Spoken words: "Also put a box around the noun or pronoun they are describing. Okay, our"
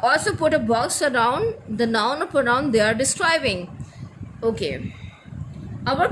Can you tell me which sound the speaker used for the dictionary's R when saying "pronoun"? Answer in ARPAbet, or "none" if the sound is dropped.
none